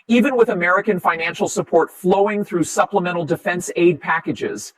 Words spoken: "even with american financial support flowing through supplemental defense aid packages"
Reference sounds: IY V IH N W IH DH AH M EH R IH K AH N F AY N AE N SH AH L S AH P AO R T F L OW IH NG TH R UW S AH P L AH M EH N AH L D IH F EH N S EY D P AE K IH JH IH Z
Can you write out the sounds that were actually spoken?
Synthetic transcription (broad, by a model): IY V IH N W IH DH AH M EH R IH K AH N F AY N AE N SH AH L S AH P AO R T F L OW IH NG TH R UW S AH P L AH M EH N L D IH F EH N S EY D P AE K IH JH IH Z